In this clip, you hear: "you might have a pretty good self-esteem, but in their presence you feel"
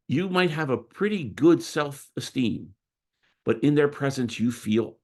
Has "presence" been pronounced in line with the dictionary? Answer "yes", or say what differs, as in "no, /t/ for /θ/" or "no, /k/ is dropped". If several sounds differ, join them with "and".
yes